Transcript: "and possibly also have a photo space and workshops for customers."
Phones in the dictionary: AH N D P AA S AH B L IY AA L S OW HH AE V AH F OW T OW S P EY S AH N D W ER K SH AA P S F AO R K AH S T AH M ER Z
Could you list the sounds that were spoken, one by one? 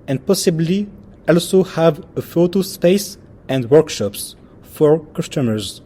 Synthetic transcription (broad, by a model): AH N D P AA S AH B L IY AA L S OW HH AE V AH F OW T OW S P EY S AH N D W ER K SH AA P S F AO R K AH S T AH M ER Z